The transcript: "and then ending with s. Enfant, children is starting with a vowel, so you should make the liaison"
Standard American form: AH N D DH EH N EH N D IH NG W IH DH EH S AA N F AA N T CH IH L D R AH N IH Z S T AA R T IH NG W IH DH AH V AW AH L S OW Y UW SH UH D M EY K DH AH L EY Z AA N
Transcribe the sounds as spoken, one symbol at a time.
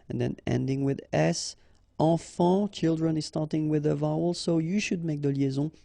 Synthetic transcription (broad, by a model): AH N DH EH N EH N D IH NG W IH DH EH S AA F AA CH IH L D R AH N IH Z S T AA R T IH NG W IH DH AH V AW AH L S OW Y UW SH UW D M EY K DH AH L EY Z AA